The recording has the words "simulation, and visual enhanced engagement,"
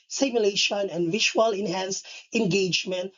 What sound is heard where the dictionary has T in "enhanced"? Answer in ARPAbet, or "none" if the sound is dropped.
none